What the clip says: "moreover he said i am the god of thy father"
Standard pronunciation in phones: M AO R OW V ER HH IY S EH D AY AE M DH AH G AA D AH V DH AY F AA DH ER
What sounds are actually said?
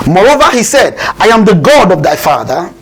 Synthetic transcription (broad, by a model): M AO R OW V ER HH IY S EH D AY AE M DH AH G AA D AH V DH AY F AA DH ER